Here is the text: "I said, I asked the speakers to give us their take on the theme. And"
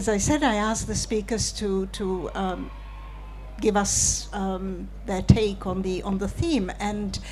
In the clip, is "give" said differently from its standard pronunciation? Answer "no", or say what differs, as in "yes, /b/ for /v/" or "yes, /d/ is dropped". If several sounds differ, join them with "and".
no